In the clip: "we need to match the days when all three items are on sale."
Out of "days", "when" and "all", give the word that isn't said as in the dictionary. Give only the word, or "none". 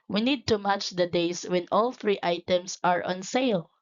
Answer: days